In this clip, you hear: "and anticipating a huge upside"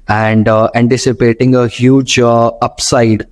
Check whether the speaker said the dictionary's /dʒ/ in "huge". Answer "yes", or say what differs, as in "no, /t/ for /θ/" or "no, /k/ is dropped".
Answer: yes